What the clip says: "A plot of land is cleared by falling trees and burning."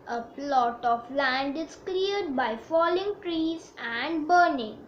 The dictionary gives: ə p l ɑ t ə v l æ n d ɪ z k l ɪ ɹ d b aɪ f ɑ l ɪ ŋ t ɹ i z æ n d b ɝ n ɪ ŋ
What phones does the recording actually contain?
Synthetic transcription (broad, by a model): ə p l ɑ t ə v l æ n d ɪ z k l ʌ ɹ d b aɪ f ɑ l ɪ ŋ t ɹ i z æ n d b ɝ n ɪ ŋ